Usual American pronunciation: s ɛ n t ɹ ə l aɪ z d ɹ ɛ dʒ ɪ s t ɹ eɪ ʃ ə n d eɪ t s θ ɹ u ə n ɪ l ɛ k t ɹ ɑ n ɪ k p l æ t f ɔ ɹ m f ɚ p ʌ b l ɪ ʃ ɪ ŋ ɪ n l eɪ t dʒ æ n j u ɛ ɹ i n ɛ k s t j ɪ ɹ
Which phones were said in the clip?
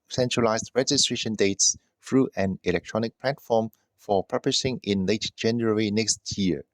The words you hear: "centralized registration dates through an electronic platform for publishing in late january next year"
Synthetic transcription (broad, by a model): s ɛ n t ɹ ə l aɪ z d ɹ ɛ dʒ ɪ s t ɹ eɪ ʃ ə n d eɪ t s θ ɹ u ə n ɪ l ɛ k t ɹ ɑ n ɪ k p l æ t f ɔ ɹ m f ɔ p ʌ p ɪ s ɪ ŋ ɪ n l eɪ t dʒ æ n j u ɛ ɹ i n ɛ k s t j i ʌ